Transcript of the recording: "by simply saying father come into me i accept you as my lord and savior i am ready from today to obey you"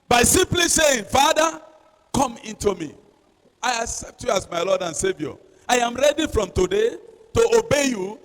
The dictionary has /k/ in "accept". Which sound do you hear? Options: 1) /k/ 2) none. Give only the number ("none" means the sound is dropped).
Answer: 1